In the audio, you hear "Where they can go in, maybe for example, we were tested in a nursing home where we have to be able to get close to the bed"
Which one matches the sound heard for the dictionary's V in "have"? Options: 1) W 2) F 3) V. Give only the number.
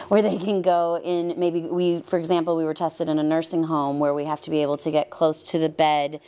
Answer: 2